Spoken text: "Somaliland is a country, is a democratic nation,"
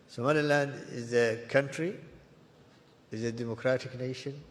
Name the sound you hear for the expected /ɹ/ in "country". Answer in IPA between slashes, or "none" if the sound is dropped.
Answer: /ɹ/